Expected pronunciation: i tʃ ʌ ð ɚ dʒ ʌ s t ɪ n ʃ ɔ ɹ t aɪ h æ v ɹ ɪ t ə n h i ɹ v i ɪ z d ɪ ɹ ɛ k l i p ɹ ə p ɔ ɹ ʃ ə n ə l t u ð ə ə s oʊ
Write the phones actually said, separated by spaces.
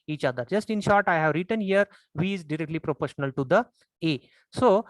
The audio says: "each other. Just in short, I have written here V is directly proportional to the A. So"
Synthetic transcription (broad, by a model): i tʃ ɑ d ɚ dʒ ʌ s t ɪ n ʃ ɔ ɹ t aɪ h æ v ɹ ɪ t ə n h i ɹ v i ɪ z d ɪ ɹ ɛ k l i p ɹ ə p ɔ ɹ ʃ ə n ə l t u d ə ə s oʊ